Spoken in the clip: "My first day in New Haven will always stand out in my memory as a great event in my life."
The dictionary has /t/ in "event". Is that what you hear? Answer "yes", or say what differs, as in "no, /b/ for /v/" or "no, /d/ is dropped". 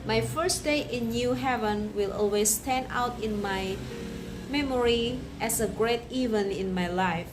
no, /t/ is dropped